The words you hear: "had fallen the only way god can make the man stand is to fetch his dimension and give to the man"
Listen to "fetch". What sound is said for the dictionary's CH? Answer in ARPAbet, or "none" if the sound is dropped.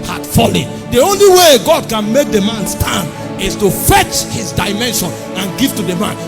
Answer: CH